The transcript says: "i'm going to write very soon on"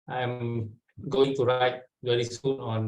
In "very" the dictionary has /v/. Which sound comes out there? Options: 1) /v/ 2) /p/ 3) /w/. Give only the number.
3